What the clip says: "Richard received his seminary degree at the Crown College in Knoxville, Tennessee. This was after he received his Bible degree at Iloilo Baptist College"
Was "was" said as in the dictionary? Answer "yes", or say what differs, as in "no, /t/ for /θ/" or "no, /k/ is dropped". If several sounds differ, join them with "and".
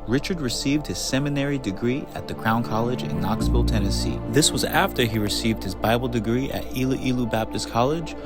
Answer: yes